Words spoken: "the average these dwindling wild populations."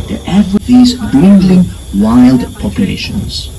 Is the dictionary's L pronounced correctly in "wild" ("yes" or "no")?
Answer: yes